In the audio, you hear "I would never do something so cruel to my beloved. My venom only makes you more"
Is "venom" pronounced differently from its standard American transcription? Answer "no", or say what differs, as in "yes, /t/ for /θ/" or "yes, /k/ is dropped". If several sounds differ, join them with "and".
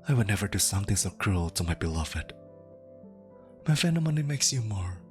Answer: yes, /f/ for /v/